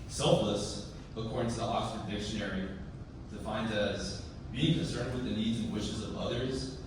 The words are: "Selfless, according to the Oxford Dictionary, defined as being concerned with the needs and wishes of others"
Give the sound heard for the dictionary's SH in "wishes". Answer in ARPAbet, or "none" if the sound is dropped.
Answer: SH